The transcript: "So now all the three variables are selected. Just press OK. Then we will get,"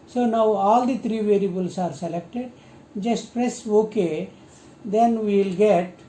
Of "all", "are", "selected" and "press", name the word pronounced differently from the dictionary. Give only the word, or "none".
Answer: none